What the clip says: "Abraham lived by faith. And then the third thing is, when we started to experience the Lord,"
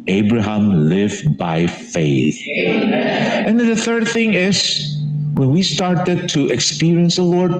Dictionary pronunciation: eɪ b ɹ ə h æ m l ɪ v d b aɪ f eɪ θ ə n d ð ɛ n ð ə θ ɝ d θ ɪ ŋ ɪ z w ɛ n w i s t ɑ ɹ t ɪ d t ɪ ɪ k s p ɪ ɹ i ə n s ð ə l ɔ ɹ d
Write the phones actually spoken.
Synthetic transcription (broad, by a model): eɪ b ɹ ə h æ m l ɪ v b aɪ f eɪ θ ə n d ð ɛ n ð ə θ ɝ d θ ɪ ŋ ɪ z w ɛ n w i s t ɑ ɹ t ɪ d t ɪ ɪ k s p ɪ ɹ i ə n s ð ə l ɔ ɹ d